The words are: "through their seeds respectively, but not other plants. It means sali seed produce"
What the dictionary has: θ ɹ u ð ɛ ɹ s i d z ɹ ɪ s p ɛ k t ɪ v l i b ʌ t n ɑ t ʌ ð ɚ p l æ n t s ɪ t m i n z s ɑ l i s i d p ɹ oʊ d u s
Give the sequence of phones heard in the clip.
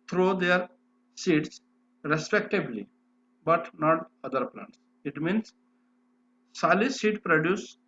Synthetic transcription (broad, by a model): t ɹ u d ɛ ɹ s i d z ɹ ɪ s p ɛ k t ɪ b l i b ʌ t n ɑ t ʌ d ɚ p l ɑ n t s ɪ t m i n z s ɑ l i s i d p ɹ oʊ d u s